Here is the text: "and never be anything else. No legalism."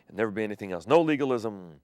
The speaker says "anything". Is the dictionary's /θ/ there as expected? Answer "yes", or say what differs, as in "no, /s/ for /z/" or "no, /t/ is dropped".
yes